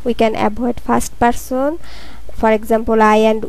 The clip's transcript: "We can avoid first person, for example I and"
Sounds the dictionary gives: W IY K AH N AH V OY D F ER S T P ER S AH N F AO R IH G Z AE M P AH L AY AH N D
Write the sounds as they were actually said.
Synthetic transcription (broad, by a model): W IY K AH N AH B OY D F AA S T P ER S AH N F AO R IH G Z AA M P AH L AY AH N D